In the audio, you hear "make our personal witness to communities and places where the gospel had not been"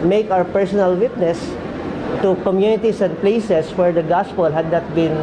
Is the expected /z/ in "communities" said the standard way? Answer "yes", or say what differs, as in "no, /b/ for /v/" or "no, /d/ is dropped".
no, /s/ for /z/